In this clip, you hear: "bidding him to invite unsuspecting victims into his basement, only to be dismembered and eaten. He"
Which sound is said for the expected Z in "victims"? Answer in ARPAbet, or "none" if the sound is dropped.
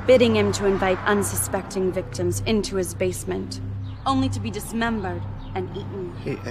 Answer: Z